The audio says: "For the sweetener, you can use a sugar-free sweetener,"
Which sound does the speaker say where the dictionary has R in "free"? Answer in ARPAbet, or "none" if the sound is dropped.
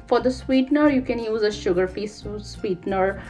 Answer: none